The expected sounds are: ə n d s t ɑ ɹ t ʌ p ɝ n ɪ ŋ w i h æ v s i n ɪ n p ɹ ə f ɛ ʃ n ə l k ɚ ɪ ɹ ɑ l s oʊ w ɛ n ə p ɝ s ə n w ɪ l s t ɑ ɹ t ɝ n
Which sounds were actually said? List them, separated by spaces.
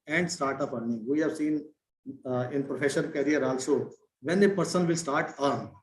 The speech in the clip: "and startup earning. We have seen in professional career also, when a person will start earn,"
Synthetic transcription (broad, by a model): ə n d s t ɑ ɹ t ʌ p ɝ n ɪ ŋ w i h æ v s i n ɪ n p ɹ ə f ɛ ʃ ə n k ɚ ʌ ɹ ɑ l s oʊ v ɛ n ə p ɝ s ə n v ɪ l s t ɑ ɹ t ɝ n